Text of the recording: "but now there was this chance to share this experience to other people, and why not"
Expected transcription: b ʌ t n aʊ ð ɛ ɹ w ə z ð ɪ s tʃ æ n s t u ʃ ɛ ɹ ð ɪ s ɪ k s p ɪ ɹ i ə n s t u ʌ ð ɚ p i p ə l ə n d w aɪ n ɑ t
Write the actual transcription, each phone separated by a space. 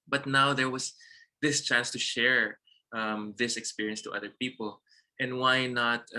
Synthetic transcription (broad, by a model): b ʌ t n aʊ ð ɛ ɹ w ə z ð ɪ s tʃ æ n s t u ʃ ɛ ɹ ð ɪ s ɪ k s p ɪ ɹ i ə n s t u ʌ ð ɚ p i p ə l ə n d w aɪ n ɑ t